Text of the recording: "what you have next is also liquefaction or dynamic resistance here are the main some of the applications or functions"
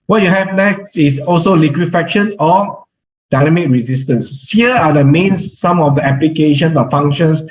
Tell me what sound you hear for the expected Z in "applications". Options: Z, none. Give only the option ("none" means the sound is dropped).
none